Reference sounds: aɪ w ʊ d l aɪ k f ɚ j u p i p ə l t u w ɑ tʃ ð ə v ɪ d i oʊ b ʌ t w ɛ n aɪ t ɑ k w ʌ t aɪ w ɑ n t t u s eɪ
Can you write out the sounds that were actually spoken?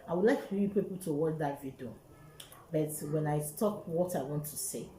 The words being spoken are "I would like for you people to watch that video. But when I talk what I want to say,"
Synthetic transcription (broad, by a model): aɪ w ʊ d l aɪ k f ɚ j u p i p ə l t u w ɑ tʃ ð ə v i d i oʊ b ʌ t w ɛ n aɪ t ɑ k w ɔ t aɪ w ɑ n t t u s eɪ